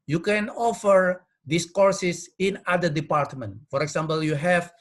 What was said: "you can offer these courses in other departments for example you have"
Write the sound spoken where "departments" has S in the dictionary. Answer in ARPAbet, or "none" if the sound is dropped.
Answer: none